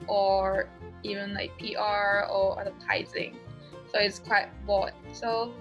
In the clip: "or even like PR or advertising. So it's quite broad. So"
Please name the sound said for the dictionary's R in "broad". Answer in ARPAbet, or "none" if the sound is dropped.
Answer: none